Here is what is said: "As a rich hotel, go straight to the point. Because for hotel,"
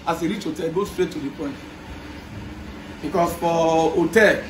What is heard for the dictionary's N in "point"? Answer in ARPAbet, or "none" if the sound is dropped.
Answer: N